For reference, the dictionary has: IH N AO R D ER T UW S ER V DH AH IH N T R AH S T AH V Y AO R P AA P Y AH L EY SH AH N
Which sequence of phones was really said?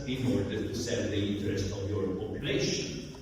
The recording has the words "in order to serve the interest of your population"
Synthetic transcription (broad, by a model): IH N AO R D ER T UW S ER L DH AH IH N T R AH S T AH V Y AO R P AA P Y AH L EY SH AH N